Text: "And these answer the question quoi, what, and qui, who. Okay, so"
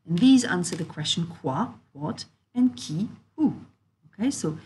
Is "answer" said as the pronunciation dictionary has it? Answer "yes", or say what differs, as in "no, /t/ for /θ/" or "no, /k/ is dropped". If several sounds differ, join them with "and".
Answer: yes